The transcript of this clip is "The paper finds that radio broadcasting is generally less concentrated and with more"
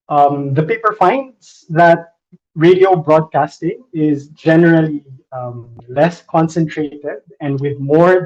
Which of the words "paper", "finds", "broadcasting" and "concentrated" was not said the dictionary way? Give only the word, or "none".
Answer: none